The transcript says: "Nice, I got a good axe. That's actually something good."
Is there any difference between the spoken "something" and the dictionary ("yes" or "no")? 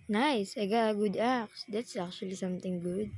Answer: yes